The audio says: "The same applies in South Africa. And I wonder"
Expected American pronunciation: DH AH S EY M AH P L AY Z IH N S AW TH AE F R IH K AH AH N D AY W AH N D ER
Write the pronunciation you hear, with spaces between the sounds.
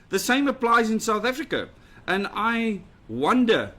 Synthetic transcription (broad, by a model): DH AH S EY M AH P L AY Z IH N S AW TH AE F R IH K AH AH N AY W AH N D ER